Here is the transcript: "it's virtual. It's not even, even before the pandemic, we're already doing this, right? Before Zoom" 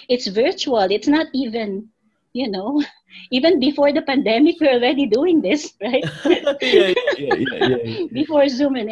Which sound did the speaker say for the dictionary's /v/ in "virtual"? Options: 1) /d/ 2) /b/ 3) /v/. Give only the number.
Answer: 3